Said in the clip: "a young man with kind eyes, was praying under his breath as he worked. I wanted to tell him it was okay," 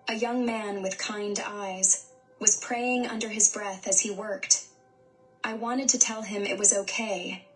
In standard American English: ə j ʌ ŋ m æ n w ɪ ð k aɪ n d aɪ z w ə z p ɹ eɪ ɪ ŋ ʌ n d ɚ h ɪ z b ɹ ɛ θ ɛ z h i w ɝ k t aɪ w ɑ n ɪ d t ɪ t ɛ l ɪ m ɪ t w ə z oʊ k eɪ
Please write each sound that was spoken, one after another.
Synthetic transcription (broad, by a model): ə j ʌ ŋ m æ n w ɪ ð k aɪ n d aɪ z w ə z p ɹ eɪ ɪ ŋ ʌ n d ɚ ɪ z b ɹ ɛ θ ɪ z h i w ɝ k t aɪ w ɑ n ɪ d t ɪ t ɛ l ɪ m ɪ t w ə z oʊ k eɪ